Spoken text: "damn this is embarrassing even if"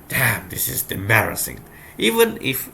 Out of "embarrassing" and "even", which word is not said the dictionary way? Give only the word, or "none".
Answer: embarrassing